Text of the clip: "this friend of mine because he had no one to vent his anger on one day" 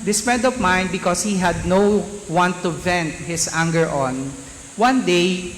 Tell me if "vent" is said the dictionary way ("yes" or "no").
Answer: yes